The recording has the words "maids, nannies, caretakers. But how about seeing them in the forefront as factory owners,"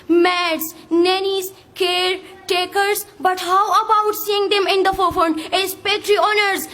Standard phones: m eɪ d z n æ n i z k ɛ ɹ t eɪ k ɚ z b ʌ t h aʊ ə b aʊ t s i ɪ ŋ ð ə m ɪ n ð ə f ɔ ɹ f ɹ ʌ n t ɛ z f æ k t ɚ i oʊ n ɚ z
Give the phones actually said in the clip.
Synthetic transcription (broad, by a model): m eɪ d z n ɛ n i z k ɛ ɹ t eɪ k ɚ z b ʌ t h aʊ ə b aʊ t s i ɪ ŋ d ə m ɪ n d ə f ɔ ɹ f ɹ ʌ n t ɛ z p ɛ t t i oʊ n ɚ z